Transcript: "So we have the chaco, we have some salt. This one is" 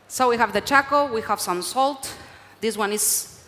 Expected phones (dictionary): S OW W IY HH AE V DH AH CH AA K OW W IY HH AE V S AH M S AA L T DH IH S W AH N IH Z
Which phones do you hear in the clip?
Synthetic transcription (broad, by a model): S OW W IY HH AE V DH AH CH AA K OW W IY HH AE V S AH M S AA L T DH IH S W AH N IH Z